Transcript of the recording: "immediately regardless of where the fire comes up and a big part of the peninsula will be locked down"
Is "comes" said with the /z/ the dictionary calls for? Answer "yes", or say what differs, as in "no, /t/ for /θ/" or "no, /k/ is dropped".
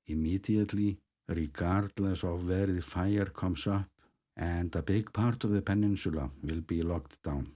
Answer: no, /s/ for /z/